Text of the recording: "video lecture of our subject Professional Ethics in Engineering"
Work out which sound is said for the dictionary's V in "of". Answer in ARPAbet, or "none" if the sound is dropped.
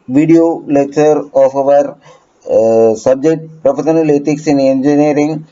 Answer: V